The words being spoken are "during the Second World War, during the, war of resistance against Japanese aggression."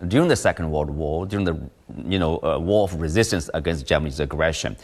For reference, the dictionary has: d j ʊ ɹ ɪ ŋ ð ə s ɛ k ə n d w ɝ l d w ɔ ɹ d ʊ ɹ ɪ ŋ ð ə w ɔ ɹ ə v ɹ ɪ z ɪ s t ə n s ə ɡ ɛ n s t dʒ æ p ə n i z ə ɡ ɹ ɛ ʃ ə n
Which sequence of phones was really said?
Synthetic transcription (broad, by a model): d j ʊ ɹ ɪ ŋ ð ə s ɛ k ə n d w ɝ d w ɔ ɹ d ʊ ɹ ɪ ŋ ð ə w ɔ ɹ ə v ɹ ɪ z ɪ s t ə n s ə ɡ ɛ n s t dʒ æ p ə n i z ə ɡ ɹ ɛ ʃ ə n